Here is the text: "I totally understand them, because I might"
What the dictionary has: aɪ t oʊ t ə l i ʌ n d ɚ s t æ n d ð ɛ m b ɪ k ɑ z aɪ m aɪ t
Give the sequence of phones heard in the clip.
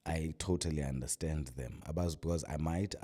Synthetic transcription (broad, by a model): aɪ t oʊ t ə l i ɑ n d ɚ s t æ n d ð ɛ m b ɪ k ɑ z aɪ m aɪ t